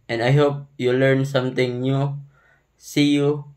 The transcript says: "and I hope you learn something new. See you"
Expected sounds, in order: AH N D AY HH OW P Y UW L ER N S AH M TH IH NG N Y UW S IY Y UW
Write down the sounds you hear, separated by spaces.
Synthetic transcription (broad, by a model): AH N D AY HH OW P Y UW L ER N S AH M T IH NG N Y UW S IY Y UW